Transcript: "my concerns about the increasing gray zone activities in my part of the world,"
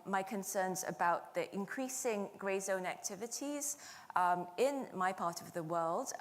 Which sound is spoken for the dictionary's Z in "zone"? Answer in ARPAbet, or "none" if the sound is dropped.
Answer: Z